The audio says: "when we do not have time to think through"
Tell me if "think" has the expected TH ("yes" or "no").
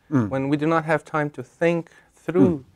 yes